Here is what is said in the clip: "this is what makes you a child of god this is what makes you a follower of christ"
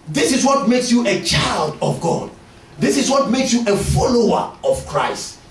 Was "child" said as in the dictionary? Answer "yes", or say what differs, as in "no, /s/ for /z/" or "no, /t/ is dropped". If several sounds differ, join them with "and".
yes